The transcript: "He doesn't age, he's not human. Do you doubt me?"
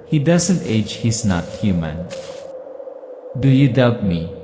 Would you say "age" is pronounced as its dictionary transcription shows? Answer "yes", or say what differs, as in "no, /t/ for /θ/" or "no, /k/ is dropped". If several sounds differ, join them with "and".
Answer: yes